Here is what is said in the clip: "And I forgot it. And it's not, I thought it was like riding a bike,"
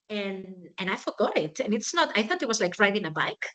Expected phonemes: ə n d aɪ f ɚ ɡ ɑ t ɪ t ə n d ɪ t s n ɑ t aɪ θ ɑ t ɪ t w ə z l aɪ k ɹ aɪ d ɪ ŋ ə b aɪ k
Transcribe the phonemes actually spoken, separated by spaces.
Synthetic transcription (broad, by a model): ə n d aɪ f ɚ ɡ ɑ t ɪ t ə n ɪ t s n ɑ t aɪ θ ɑ t ɪ t w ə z l aɪ k ɹ aɪ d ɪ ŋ ə b aɪ k